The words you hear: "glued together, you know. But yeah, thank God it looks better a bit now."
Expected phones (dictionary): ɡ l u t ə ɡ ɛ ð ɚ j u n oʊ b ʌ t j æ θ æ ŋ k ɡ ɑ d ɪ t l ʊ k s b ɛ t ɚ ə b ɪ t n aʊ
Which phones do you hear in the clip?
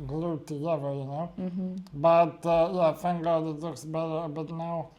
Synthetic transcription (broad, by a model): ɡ l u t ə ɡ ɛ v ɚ j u n oʊ b ʌ t j æ f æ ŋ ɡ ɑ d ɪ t l ʊ k s b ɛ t ɚ b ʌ t n aʊ